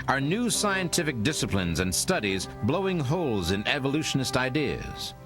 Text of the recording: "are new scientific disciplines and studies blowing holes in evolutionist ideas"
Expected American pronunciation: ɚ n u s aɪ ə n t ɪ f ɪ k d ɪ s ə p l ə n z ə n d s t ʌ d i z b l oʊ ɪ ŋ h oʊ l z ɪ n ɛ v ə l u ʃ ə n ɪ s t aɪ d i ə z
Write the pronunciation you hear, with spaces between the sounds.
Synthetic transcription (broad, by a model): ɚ n u s aɪ ə n t ɪ f ɪ k d ɪ s ə p l ə n z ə n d s t ʌ d i z b l oʊ ɪ ŋ h oʊ l z ɪ n ɛ v ə l u ʃ ə n ɪ s t aɪ d i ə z